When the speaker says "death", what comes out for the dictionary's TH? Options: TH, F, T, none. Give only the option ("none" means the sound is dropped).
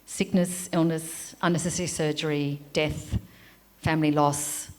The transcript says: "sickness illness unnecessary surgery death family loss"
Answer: TH